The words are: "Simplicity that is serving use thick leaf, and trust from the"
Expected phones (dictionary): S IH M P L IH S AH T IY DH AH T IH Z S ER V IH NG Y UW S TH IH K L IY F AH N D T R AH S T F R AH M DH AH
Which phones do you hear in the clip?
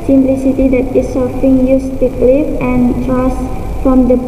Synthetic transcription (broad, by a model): S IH M P L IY S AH T IY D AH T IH S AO F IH NG Y UW S T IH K L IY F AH N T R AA S F R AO M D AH